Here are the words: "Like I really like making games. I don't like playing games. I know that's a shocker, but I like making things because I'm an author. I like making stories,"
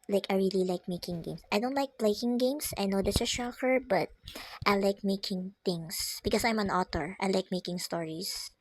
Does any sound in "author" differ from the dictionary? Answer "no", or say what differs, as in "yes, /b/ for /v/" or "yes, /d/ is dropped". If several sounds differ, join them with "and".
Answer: yes, /t/ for /θ/